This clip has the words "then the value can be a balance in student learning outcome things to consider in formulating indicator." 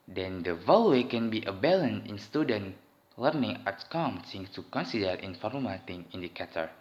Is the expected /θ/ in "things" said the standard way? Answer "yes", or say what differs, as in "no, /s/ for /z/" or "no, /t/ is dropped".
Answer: no, /s/ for /θ/